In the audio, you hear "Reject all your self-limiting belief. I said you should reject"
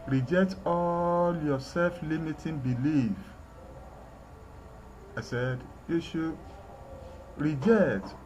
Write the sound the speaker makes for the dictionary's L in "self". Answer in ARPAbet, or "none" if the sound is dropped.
L